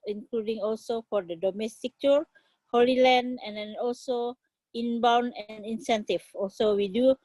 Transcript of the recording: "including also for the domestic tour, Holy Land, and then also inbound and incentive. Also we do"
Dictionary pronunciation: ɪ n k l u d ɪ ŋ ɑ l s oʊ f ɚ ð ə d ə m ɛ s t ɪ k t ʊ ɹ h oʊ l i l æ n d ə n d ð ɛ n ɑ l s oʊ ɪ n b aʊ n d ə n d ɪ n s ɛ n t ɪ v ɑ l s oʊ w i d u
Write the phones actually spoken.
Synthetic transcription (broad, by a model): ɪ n k l u d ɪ ŋ ɑ l s oʊ f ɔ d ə d ə m ɛ s t ɪ k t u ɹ h oʊ l i l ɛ n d ə n d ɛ n ɑ l s oʊ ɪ n b aʊ n ə n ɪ n s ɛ n t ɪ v ɑ l s oʊ w i d u